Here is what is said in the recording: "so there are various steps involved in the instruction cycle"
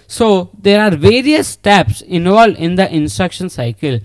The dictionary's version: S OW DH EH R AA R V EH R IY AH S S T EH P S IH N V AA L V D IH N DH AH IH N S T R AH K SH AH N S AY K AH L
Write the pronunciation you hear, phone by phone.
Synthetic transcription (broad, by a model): S OW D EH R AA R V EH R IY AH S S T EH P S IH N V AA L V D IH N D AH IH N S T R AH K SH AH N S AY K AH L